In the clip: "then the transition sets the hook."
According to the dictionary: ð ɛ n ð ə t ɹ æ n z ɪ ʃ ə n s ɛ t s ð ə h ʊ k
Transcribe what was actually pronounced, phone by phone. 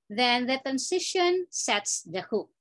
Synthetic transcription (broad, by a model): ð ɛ n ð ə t æ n s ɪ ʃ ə n s ɛ t s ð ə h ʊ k